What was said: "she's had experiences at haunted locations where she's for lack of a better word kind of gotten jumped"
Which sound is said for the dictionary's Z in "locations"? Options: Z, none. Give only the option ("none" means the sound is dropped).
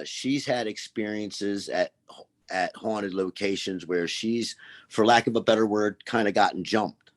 Z